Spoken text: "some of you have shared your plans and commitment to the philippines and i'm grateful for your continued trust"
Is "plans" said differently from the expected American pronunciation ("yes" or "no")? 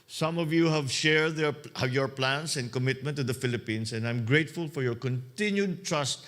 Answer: yes